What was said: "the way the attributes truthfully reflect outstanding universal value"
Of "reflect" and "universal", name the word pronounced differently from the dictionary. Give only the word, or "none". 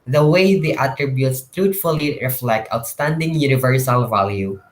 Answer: none